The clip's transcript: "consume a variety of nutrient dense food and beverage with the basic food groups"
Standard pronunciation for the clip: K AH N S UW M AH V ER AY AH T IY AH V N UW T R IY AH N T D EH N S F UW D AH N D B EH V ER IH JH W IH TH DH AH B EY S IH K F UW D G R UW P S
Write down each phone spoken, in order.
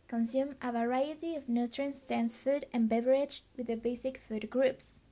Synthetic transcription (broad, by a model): K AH N S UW M AH V ER AY AH T IY AH V N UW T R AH N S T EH N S F UW D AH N B EH V ER IH JH W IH DH AH B EY S IH K F UW D G R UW P S